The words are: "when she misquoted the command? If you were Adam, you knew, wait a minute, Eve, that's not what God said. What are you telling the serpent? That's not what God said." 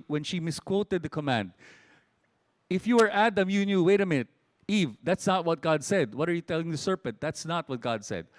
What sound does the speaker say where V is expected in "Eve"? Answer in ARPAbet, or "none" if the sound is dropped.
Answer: V